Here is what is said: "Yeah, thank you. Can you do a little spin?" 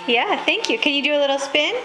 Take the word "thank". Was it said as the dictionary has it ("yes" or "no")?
yes